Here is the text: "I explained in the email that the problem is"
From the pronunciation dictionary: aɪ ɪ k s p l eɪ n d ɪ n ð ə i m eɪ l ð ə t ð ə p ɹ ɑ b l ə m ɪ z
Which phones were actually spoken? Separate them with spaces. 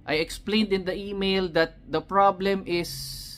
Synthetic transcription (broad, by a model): aɪ ɪ k s p l eɪ n d ɪ n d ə i m eɪ l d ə t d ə p ɹ ɑ b l ə m ɪ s